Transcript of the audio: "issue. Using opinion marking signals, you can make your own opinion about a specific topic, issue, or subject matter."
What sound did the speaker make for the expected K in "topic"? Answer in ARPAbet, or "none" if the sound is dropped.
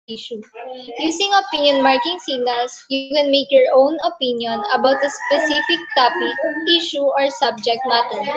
none